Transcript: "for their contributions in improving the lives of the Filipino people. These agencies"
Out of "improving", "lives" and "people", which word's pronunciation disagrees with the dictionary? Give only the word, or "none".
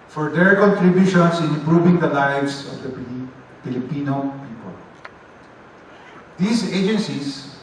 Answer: lives